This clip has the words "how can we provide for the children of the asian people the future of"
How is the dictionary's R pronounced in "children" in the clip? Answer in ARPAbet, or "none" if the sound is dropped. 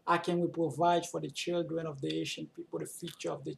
R